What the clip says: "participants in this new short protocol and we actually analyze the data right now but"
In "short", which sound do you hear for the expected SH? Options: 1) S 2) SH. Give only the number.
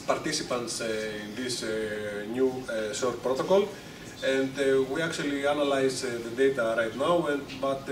1